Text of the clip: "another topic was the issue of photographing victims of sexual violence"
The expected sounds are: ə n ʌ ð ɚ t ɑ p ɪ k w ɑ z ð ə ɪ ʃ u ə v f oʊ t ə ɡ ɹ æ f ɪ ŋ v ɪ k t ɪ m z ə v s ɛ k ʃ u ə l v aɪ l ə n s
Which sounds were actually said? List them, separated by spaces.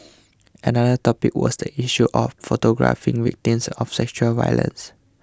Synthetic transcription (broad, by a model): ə n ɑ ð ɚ t ɑ p ɪ k w ɑ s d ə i ʃ u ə f oʊ t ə ɡ ɹ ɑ f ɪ ŋ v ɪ k t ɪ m s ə f s ɛ k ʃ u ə l v aɪ l ə n s